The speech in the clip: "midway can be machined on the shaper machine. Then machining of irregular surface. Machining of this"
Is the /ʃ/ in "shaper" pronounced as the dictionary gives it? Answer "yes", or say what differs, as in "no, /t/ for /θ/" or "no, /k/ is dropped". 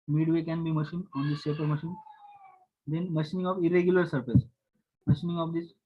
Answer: no, /s/ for /ʃ/